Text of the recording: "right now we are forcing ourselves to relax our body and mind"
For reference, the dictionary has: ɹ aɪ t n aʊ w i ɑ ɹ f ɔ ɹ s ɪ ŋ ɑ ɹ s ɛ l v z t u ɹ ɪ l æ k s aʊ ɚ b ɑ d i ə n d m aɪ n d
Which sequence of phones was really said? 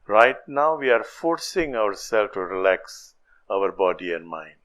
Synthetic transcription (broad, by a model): ɹ aɪ t n aʊ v i ɑ ɹ f ɔ ɹ s ɪ ŋ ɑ ɹ s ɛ l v t u ɹ ɪ l æ k s aʊ ɚ b ɑ d i ə n d m aɪ n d